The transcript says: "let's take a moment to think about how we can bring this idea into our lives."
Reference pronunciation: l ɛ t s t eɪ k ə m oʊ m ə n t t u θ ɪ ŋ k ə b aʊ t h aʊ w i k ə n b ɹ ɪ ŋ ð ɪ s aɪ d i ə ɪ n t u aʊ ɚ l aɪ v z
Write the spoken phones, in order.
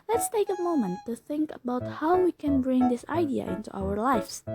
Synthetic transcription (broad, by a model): l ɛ t s t eɪ k ə m oʊ m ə n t t u θ ɪ ŋ k ə b aʊ t h aʊ w i k ə n b ɹ ɪ ŋ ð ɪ s aɪ d i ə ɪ n t u aʊ ɚ l aɪ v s